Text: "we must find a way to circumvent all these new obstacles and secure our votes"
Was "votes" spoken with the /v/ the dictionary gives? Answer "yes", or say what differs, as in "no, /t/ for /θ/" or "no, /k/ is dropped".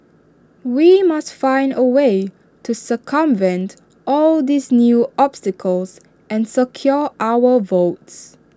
yes